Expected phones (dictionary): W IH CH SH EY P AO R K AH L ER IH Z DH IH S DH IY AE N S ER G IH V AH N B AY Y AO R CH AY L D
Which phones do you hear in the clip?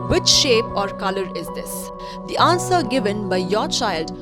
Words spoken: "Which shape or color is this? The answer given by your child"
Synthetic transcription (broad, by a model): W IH CH SH EY P AO R K AH L ER IH Z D IH S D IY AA N S ER G IH V AH N B AY Y AO R CH AY L D